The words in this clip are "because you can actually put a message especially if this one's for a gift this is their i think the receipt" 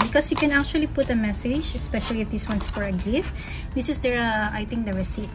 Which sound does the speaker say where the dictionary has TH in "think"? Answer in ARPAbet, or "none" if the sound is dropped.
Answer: T